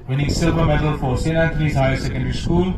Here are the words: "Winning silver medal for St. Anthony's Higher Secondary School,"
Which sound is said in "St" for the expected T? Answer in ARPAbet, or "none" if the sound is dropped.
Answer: none